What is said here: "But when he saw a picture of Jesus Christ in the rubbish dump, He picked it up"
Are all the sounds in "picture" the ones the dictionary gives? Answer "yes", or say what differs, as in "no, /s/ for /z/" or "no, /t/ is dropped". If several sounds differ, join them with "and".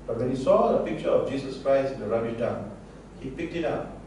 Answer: yes